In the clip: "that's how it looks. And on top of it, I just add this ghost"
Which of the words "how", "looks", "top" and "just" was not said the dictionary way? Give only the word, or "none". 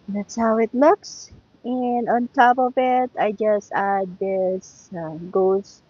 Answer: none